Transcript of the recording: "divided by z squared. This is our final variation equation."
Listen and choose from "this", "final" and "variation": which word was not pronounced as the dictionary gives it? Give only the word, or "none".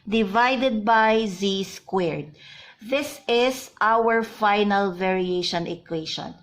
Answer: none